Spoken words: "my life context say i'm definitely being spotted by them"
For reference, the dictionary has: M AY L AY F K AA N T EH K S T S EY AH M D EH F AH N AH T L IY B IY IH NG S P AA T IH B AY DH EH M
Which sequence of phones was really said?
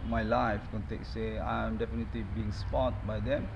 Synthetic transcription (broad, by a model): M AY L AY F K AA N T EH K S S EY AH M D EH F AH N AH T L IY B IY IH NG S P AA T B AY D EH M